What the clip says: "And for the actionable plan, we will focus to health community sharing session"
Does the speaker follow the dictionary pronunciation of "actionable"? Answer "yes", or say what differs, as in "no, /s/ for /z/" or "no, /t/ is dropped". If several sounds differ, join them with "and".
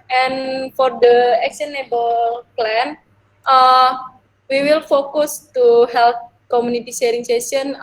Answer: no, /s/ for /ʃ/